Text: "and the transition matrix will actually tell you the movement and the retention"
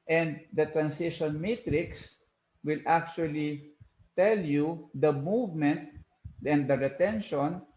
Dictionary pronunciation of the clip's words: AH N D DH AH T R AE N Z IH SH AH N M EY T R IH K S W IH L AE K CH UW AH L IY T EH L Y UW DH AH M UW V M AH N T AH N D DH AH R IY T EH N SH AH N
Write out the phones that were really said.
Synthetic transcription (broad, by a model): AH N D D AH T R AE N S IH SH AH N M EY T R IH K S W IH L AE K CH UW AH L IY T EH L Y UW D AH M UW V M AH N T AH N D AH R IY T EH N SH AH N